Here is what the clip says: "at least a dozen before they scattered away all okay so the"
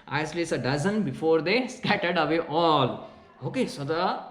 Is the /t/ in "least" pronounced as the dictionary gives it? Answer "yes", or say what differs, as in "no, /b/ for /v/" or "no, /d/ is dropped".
no, /t/ is dropped